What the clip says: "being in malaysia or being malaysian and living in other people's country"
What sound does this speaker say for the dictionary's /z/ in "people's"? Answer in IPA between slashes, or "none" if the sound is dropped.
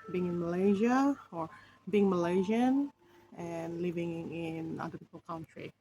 none